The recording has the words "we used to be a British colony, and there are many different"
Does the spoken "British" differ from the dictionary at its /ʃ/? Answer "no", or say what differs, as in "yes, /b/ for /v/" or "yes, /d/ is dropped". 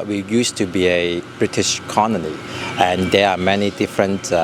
no